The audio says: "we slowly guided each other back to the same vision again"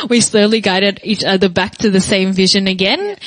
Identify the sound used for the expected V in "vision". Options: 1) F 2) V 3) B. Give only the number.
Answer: 2